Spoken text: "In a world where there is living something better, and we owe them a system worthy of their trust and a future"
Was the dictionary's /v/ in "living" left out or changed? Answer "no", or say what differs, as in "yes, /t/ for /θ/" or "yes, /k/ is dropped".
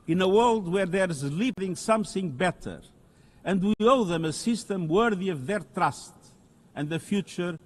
yes, /p/ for /v/